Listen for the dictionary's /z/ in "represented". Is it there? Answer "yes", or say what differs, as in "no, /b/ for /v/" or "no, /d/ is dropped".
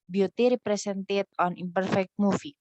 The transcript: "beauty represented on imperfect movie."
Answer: no, /s/ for /z/